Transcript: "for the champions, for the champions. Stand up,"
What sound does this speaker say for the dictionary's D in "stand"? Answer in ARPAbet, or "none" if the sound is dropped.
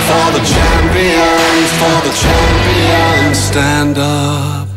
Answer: D